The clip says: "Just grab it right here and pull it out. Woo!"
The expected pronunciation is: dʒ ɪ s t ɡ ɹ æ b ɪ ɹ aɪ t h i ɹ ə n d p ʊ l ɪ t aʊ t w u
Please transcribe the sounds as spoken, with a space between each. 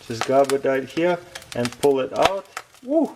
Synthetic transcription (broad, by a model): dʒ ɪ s ɡ ɑ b ɪ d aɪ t h i ɹ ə n p ʊ l ɪ t aʊ t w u